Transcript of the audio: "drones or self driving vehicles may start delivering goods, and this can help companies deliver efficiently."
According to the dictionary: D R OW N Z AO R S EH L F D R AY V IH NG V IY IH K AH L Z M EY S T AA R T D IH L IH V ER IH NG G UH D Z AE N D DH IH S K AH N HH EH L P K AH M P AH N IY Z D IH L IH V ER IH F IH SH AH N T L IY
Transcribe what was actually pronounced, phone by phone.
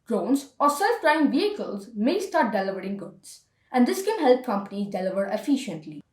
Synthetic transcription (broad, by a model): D R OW N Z AO R S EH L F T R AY IH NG V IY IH K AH L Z M EY S T AA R T D IH L IH V ER IH NG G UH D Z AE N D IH S K AH N HH EH L P K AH M P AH N IY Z D IH L IH V ER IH F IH SH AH N T L IY